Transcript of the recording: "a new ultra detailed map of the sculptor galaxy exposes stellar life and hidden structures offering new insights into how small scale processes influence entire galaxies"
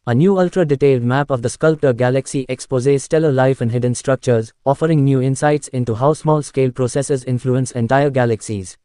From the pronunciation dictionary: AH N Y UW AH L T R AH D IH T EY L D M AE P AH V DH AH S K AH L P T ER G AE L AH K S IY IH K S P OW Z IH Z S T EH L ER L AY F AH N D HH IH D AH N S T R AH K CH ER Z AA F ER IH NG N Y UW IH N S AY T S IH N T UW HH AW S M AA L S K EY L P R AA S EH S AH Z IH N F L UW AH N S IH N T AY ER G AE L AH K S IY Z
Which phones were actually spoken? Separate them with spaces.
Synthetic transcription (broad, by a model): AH N Y UW AH L T R AH D IH T EY L D M AE P AH V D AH S K AH L P T ER G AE L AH K S IY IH K S P OW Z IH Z S T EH L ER L AY F AH N D HH IH D AH N S T R AH K CH ER Z AA F ER IH NG N Y UW IH N S AY T S IH N T UW HH AW S M AA L S K EY L P R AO S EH S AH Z IH N F L UW AH N S IH N T AY ER G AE L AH K S IY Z